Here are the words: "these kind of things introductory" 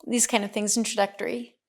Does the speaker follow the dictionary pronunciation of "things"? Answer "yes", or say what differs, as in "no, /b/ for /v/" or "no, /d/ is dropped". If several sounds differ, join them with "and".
yes